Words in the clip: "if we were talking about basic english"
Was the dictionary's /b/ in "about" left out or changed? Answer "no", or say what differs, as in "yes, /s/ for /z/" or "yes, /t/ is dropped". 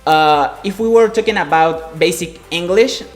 no